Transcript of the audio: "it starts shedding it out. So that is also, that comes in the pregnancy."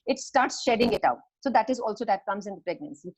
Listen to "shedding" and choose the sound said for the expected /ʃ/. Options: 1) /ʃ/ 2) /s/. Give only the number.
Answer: 1